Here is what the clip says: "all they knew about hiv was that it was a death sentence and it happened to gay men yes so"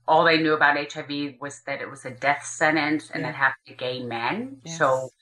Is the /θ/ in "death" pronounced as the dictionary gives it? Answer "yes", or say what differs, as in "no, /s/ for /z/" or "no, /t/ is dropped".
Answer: yes